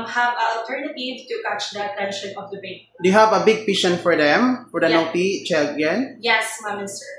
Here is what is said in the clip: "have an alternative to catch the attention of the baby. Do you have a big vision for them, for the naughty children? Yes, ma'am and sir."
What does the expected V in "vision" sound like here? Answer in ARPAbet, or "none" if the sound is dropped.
P